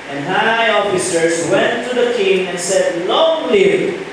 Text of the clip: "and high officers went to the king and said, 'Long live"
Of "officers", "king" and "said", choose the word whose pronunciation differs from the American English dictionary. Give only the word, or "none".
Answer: officers